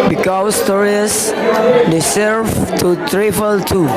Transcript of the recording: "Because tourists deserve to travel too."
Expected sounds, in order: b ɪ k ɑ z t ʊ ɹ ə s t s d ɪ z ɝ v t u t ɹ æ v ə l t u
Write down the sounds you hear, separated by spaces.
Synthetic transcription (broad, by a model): b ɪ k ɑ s t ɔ ɹ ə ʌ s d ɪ s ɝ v t u t ɹ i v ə l t u